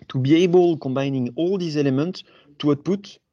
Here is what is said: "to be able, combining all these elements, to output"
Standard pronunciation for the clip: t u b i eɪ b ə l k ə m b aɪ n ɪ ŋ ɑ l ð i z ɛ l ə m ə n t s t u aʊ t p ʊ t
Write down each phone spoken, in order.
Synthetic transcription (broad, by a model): t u b i eɪ b ə l k ə m b aɪ n ɪ ŋ ɑ l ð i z ɛ l ə m ə n t s t u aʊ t p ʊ t